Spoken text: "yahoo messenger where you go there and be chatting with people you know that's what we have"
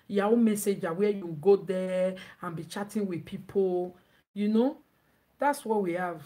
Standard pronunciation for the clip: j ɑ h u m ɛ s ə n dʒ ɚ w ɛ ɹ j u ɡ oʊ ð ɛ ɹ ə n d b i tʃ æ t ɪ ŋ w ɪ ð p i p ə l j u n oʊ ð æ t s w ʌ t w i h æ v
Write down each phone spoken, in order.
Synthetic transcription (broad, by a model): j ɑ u m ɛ s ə dʒ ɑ w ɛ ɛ j u ɡ oʊ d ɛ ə n b i tʃ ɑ t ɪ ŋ w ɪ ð p i p ə l j u n oʊ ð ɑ t s w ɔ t w i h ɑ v